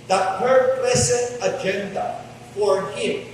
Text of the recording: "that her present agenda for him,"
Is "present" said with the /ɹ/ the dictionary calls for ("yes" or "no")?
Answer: no